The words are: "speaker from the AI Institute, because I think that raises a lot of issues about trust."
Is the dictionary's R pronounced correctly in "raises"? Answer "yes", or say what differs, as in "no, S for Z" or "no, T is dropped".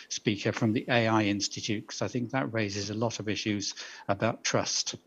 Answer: yes